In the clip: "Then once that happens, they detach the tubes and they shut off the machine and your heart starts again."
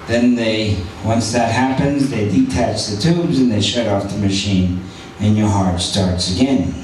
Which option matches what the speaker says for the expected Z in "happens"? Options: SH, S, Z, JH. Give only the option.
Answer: Z